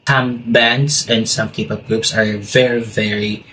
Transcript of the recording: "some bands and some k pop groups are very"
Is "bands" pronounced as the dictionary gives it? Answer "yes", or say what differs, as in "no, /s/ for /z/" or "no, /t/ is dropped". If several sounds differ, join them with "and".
no, /s/ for /z/